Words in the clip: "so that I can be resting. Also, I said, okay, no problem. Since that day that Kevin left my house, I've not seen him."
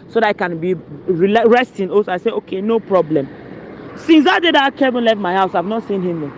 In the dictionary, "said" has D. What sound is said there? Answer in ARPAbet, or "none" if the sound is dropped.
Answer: none